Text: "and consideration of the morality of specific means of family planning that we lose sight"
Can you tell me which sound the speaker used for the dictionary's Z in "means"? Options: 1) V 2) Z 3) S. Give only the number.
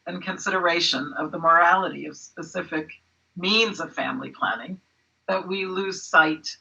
2